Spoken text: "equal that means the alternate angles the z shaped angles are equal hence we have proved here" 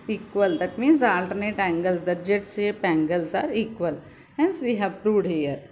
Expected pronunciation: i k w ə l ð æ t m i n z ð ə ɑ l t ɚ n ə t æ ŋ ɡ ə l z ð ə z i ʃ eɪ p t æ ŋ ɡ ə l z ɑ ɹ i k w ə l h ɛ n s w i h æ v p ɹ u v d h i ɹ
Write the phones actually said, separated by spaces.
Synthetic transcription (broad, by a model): i k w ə l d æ t m i n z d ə ɑ l t ɚ n ə t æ ŋ ɡ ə l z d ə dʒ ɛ s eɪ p æ ŋ ɡ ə l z ɑ ɹ i k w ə l h ɛ n s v i h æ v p ɹ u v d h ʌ ɹ